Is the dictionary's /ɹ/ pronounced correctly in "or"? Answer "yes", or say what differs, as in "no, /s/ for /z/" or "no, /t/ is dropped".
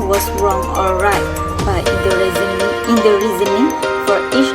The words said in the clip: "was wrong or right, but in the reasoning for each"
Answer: no, /l/ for /ɹ/